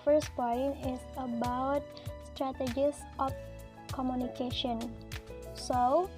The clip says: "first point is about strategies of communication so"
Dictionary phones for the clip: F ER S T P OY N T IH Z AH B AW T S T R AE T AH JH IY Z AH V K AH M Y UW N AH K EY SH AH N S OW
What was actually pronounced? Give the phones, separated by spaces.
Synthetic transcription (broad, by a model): F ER S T P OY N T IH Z AH B AW T S T R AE T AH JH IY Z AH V K AH M Y UW N AH K EY SH AH N S OW